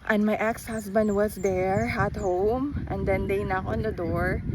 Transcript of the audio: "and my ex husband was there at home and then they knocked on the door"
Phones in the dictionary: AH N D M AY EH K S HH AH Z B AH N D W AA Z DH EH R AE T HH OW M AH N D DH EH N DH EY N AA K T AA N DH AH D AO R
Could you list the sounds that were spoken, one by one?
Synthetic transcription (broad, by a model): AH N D M AY EH K S HH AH S B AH N D W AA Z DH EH R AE T HH OW M AH N D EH N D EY N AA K AA N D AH D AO R